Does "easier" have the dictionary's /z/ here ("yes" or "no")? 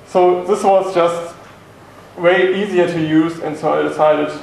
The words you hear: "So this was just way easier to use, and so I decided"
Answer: yes